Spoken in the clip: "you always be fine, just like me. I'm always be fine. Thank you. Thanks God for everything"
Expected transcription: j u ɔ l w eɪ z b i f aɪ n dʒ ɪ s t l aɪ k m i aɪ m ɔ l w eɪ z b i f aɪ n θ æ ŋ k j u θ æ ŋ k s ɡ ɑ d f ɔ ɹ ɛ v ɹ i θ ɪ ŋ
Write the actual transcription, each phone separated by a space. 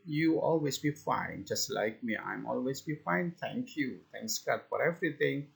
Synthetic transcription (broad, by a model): j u ɔ l w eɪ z b i f aɪ n dʒ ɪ s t l aɪ k m i aɪ m ɔ l w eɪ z b i f aɪ n t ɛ ŋ k j u t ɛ ŋ k s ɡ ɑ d f ɔ ɹ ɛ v ɹ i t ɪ ŋ